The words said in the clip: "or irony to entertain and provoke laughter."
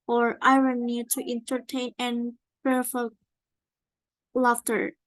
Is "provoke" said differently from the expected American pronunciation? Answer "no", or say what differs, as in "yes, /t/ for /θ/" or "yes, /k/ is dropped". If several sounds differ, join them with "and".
yes, /f/ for /v/